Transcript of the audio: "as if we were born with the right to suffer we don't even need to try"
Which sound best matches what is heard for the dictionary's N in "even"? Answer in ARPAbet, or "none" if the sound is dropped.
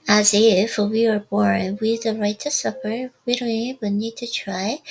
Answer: L